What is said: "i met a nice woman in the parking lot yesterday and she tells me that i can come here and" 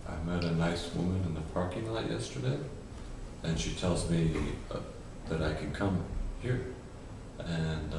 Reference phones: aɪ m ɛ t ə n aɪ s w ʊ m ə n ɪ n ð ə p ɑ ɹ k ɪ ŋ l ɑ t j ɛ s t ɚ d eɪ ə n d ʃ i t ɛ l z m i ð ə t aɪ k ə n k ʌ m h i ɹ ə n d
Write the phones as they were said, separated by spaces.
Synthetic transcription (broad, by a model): aɪ m ɛ t ə n aɪ s w ʊ m ə n ɪ n ð ə p ɑ ɹ k ɪ ŋ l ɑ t j ɛ s t ɚ d eɪ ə n ʃ i t ɛ l z m i ð ə t aɪ k ə n k ʌ m h i ɹ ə n